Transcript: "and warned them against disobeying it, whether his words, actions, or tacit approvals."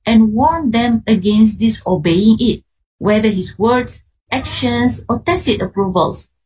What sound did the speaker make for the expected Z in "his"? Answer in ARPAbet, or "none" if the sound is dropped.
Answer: S